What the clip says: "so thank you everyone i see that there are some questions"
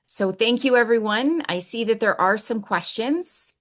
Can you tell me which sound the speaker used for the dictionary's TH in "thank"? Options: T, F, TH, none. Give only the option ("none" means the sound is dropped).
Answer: TH